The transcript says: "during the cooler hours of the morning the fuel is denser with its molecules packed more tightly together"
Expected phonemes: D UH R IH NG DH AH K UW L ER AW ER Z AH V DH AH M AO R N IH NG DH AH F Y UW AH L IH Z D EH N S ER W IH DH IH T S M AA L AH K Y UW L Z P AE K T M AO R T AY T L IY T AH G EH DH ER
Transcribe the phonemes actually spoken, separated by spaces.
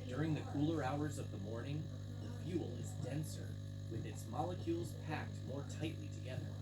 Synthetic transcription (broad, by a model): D UH R IH NG DH AH K UW L ER AW ER Z AH V DH AH M AO R N IH NG DH AH F Y UW L IH Z D EH N S ER W IH DH IH T S M AA L AH K Y UW L Z P AE K T M AO R T AY T L IY T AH G EH DH ER